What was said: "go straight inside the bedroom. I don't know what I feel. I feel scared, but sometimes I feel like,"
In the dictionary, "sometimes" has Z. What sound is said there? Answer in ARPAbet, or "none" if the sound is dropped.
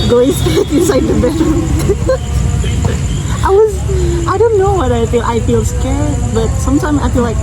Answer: Z